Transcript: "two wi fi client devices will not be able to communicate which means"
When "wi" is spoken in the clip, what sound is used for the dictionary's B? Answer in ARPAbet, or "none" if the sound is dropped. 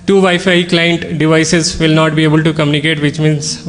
none